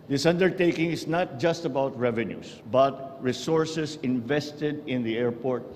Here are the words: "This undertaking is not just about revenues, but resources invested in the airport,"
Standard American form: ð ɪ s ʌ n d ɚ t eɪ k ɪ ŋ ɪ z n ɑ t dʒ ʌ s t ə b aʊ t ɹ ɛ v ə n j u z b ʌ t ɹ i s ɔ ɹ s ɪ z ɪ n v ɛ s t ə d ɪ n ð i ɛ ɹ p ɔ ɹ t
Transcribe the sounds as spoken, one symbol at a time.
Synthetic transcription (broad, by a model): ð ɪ s ʌ n d ɚ t eɪ k ɪ ŋ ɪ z n ɑ t dʒ ʌ s t ə b aʊ t ɹ ɛ v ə n j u s b ʌ t ɹ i s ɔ ɹ s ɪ s ɪ n v ɛ s t ə d ɪ n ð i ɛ ɹ p ɔ ɹ t